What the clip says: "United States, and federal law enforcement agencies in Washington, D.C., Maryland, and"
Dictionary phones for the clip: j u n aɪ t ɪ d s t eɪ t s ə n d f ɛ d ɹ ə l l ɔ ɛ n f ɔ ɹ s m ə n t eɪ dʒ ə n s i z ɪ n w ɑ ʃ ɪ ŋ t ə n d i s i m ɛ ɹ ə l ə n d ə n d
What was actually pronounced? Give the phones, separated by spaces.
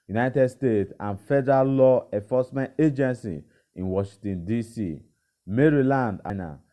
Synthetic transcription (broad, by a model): j u n aɪ t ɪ d s t eɪ t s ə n f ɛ d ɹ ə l l ɔ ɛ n f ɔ s m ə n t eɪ dʒ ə n s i ɪ n w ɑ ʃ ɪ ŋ t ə n d i s i m ɛ ɹ ə l ə n d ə n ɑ